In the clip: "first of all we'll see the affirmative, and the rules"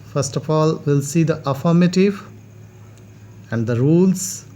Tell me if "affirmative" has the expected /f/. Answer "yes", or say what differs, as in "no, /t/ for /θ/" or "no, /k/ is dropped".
yes